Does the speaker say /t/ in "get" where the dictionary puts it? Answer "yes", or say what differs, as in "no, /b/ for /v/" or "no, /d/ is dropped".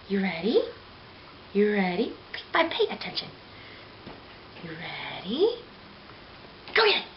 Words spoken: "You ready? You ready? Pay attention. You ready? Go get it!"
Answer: no, /t/ is dropped